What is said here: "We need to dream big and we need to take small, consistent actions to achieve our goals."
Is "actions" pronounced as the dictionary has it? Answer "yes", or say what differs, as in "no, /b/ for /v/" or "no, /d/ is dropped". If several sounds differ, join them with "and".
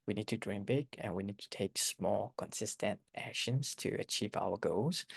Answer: yes